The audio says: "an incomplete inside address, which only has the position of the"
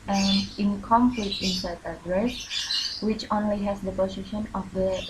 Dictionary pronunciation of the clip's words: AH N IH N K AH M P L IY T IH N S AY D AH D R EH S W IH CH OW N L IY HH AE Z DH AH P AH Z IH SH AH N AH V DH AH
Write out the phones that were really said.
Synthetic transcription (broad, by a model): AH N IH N K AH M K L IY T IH N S AY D AH D R EH S W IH CH OW N L IY HH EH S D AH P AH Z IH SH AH N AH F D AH